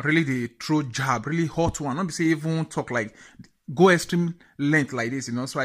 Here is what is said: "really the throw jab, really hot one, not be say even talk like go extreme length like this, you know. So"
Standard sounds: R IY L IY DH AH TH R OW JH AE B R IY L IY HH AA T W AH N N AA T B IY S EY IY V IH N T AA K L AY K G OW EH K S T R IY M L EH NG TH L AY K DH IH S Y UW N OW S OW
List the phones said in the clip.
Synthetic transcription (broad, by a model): R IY L IY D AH T R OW JH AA B R IY L IY HH AA T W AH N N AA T B IY S EY IY V IH N T AA K L AY K G OW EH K S T R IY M L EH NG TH L AY K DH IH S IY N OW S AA